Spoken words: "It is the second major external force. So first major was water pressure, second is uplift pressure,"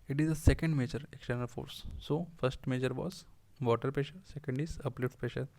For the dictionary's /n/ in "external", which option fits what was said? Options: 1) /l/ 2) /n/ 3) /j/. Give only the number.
2